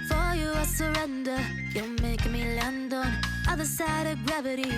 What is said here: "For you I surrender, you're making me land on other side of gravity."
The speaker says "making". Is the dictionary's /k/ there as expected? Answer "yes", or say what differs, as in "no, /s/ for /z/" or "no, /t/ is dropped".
no, /k/ is dropped